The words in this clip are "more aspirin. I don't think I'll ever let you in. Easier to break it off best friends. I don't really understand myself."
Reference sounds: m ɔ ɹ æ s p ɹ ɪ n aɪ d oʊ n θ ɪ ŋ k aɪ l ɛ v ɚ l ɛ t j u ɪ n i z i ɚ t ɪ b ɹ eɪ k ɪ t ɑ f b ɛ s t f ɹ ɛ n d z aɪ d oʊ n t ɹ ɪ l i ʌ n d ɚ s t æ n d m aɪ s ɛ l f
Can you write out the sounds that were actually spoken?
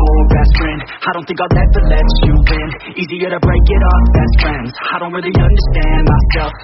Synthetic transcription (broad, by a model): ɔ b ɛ s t ɹ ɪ n aɪ d oʊ n θ ɪ ŋ k aɪ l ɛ ɚ l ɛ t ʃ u ɪ n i z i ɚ t ɪ b ɹ eɪ k ɪ t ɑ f b ɛ s t f ɹ ɛ n d z aɪ d oʊ n t ɹ ɪ l i ʌ n d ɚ s t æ n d m aɪ s ɛ l f